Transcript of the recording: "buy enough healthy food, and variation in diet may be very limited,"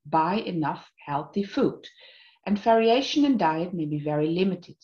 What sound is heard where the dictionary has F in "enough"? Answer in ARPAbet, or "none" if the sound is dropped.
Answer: F